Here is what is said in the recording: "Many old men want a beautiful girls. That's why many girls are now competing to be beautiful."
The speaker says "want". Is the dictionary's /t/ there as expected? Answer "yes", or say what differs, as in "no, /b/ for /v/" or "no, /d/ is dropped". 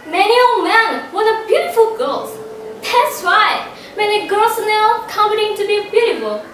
no, /t/ is dropped